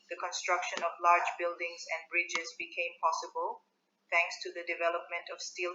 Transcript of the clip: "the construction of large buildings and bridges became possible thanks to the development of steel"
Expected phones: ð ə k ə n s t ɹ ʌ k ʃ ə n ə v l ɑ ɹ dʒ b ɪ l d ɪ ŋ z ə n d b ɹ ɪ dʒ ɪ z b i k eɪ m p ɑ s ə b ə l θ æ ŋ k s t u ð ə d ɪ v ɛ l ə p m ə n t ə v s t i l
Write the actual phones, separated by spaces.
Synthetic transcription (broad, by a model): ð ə k ə n s t ɹ ʌ k ʃ ə n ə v l ɑ ɹ dʒ b ɪ l d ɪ ŋ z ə n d b ɹ ɪ dʒ ɪ z b i k eɪ m p ɑ s ə b ə l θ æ ŋ k s t u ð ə d ɪ v ɛ l ə p m ə n t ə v s t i l